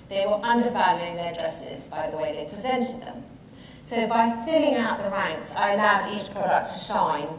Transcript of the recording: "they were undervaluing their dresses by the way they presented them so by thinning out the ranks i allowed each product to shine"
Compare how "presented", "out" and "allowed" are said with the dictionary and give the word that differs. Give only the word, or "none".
none